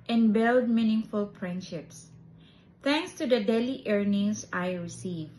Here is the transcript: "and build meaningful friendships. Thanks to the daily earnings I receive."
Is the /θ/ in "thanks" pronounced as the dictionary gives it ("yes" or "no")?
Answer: no